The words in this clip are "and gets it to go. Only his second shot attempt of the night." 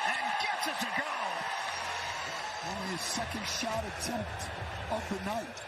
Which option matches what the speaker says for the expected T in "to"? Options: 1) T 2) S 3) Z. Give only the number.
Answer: 2